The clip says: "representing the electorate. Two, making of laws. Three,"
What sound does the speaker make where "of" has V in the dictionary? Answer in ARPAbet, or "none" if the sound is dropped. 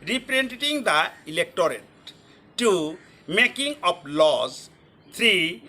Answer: P